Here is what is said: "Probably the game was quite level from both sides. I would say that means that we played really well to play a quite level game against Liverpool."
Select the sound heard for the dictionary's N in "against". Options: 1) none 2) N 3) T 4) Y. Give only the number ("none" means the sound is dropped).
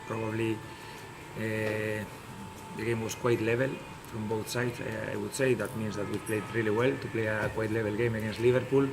2